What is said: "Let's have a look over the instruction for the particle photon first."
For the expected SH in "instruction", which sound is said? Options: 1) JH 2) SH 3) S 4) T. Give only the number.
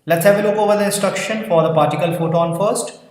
2